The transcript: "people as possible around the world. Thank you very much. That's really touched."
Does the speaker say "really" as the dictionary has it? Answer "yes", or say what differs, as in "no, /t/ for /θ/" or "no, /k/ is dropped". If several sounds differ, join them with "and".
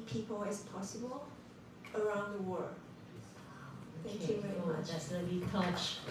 no, /l/ is dropped